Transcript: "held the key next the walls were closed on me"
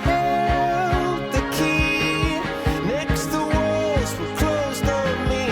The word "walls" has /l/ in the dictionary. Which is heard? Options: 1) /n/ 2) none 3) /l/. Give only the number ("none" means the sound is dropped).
2